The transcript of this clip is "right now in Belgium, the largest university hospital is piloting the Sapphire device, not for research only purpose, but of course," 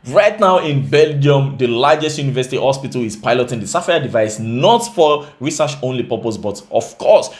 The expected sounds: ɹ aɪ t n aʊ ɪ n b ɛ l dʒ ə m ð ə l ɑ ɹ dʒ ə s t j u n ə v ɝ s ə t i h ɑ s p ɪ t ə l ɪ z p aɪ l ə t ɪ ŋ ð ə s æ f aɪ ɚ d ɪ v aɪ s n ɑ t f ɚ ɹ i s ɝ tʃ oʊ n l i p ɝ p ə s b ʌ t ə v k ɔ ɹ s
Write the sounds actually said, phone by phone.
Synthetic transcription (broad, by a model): ɹ aɪ t n aʊ ɪ n b ɛ l dʒ ə m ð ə l ɑ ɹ dʒ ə s t j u n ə v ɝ s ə t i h ɑ s p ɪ t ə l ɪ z p aɪ l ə t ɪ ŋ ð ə s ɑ f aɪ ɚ d ɪ v aɪ s n ɑ t f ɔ ɹ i s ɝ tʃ oʊ n l i p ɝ p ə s b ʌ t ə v k ɔ s